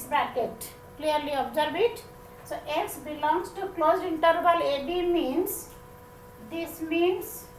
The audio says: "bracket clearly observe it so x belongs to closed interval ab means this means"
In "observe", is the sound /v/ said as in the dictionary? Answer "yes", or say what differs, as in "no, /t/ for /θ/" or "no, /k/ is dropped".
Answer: no, /b/ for /v/